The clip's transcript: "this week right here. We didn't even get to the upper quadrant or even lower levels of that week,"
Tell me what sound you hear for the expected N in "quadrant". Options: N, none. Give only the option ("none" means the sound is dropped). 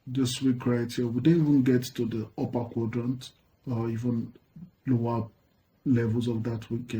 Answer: N